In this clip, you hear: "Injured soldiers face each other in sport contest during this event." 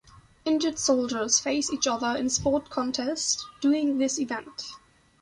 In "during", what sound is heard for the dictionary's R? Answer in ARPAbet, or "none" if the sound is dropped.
none